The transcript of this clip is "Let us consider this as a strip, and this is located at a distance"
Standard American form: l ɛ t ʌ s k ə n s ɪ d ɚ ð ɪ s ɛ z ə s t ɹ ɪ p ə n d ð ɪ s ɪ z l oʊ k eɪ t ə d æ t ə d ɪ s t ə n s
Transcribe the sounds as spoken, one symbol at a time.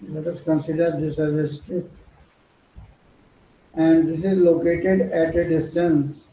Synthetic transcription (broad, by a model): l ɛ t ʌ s k ə n s ɪ d ɚ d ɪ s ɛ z ə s t ɪ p ə n d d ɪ s ɪ z l oʊ k eɪ t ə d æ t ə d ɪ s t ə n s